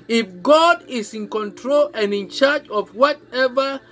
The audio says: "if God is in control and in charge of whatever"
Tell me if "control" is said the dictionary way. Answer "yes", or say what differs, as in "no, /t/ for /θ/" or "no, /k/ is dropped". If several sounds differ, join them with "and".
yes